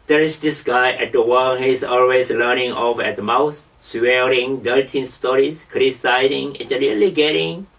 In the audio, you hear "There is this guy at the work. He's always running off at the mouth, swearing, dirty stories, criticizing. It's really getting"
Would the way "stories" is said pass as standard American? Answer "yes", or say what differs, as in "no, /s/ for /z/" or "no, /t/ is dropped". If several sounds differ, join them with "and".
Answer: no, /s/ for /z/